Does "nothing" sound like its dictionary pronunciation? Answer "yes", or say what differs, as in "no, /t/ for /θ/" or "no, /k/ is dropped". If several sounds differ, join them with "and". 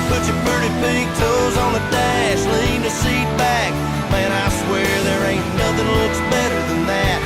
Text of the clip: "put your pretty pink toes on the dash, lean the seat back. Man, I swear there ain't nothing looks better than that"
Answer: yes